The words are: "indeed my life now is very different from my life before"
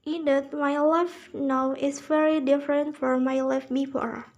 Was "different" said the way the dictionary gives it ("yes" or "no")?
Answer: yes